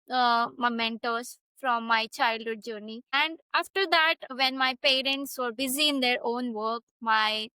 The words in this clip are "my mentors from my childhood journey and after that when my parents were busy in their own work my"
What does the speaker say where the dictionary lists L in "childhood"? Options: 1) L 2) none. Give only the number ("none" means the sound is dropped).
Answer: 1